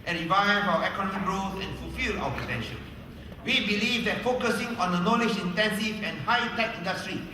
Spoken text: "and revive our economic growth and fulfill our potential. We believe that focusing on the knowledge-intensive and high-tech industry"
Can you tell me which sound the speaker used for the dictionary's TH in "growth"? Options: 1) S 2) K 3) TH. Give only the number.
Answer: 1